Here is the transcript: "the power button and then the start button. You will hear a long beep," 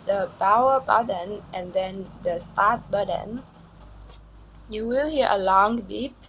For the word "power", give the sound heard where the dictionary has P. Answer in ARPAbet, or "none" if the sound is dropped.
B